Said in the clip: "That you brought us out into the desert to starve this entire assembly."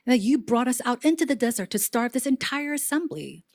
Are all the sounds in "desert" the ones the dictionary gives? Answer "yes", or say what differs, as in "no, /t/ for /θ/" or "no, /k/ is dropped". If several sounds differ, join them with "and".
yes